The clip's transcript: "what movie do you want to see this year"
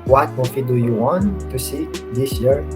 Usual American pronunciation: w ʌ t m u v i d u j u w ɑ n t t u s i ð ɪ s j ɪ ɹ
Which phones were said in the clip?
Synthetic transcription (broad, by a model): w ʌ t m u f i d u j u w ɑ n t t u s i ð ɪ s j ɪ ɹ